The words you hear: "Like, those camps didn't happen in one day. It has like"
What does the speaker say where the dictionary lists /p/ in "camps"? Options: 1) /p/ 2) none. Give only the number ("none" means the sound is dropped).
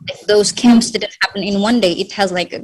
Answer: 1